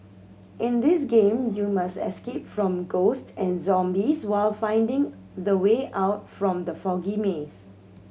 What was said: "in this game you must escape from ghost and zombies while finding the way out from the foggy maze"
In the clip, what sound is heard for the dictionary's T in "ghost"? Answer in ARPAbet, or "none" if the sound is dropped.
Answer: T